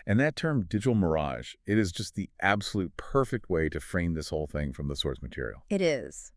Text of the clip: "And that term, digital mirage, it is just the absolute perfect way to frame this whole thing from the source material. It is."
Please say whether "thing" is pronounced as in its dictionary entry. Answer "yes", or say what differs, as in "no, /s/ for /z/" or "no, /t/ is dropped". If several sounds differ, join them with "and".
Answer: yes